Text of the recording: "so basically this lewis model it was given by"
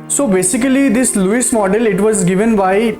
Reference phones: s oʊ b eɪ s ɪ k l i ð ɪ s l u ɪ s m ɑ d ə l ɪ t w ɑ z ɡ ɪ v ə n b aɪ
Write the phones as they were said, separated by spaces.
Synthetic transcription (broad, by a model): s oʊ b eɪ s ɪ k l i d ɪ s l u ɪ s m ɑ d ə l ɪ t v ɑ z ɡ ɪ v ə n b aɪ